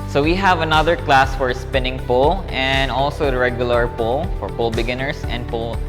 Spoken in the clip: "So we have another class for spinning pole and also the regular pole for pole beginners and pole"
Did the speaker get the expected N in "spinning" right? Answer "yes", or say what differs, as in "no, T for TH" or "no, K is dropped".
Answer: yes